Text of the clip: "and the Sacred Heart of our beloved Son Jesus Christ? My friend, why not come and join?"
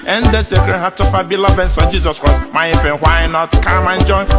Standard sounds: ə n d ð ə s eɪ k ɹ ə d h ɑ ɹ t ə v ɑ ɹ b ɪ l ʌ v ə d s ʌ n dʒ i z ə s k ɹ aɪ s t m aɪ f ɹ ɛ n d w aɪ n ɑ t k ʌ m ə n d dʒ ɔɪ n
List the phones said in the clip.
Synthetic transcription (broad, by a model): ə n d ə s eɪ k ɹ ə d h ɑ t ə f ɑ b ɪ l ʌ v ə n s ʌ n dʒ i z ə s k ɹ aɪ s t m aɪ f ɛ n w aɪ n ɑ t k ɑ m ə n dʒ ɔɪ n